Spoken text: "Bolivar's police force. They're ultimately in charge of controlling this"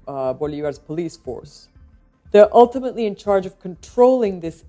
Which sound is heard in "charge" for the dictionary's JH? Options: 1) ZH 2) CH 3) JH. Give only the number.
3